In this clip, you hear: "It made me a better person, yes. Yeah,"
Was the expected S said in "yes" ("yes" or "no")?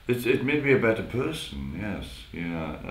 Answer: yes